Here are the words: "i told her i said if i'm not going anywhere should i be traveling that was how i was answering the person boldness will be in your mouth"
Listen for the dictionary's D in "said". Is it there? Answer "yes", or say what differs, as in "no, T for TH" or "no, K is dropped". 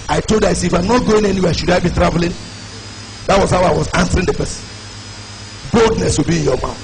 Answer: no, D is dropped